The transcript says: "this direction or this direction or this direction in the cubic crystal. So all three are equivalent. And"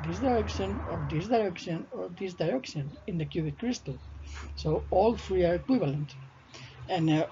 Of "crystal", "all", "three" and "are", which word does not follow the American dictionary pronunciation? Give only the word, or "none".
three